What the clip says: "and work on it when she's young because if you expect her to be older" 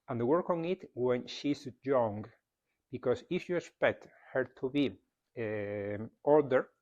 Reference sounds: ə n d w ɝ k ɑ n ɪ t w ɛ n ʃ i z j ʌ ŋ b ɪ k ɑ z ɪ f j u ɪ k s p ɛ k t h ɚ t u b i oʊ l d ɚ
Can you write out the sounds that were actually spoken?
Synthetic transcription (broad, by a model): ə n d w ɝ k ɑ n ɪ t w ɛ n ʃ i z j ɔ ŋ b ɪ k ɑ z ɪ f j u ɪ k s p ɛ k t h ɚ t u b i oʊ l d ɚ